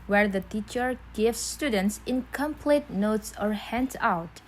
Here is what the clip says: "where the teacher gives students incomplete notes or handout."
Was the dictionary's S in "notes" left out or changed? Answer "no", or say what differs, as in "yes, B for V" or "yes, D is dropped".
no